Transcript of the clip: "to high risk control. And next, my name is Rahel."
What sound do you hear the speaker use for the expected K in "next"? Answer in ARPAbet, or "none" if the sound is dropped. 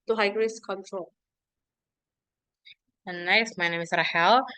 none